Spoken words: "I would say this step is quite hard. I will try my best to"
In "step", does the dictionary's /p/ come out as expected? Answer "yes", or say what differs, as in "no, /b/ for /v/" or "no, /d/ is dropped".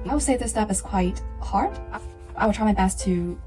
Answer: no, /f/ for /p/